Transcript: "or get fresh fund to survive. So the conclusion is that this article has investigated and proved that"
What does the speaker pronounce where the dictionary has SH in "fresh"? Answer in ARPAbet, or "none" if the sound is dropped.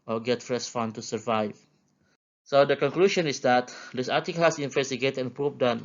S